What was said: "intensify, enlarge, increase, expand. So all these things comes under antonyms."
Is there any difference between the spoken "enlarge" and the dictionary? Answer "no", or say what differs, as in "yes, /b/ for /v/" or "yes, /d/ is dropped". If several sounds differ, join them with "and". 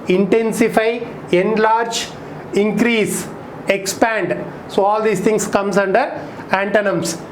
no